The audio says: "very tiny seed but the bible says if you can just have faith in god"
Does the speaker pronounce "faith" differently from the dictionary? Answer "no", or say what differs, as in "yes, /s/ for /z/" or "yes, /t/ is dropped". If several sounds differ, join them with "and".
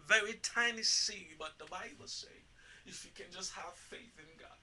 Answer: no